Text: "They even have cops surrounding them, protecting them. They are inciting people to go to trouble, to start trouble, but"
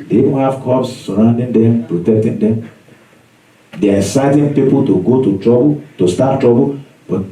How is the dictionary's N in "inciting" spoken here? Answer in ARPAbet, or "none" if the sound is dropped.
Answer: none